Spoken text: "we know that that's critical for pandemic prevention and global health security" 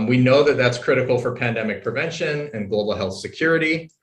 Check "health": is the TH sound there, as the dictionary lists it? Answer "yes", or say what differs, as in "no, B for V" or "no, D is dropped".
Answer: yes